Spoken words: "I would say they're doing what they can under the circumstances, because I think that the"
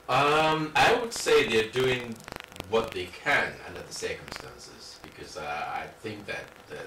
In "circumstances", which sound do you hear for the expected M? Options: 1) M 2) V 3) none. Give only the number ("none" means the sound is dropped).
1